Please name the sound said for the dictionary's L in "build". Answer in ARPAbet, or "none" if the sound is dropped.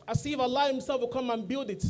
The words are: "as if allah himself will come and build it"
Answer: L